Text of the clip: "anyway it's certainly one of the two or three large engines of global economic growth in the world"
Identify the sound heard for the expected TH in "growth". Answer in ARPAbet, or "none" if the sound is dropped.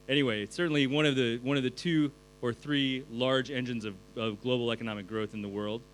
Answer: TH